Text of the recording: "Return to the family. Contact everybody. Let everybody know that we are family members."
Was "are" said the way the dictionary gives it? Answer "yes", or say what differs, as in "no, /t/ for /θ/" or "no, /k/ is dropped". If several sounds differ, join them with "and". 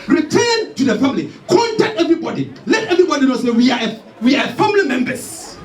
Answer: no, /w/ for /ɹ/